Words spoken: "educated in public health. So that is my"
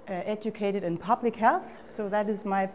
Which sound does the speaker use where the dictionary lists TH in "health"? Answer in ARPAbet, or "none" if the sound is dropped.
TH